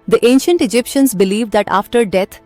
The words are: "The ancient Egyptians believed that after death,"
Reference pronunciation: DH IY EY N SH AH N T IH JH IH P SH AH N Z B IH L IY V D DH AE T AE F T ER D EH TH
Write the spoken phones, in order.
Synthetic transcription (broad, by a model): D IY EY N SH AH N T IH JH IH P SH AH N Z B IH L IY V D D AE T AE F T ER D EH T